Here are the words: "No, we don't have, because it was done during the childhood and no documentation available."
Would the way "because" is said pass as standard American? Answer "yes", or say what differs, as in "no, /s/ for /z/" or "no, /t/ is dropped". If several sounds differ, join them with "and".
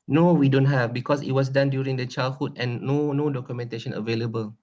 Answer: no, /s/ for /z/